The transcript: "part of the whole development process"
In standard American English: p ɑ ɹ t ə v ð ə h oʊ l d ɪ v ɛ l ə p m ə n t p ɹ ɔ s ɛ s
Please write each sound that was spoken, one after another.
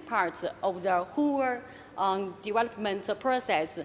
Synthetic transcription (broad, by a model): p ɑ ɹ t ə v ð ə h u w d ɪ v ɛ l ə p m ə n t p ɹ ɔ s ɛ s